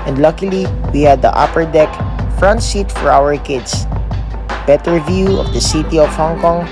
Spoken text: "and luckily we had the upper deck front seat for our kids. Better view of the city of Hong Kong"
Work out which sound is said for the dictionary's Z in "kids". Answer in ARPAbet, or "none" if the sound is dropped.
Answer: S